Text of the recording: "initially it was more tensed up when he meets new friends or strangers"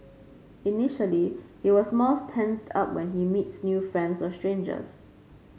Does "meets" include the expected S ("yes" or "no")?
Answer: yes